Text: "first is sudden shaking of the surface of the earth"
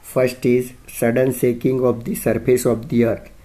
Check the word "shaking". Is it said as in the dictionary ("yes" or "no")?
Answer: no